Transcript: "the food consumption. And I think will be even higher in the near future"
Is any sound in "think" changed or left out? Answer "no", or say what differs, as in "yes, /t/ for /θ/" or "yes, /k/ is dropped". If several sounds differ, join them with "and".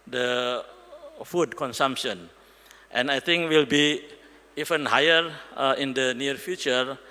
yes, /t/ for /θ/